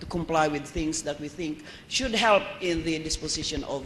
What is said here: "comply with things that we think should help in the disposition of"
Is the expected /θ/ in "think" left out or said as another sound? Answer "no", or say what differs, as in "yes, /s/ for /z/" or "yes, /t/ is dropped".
no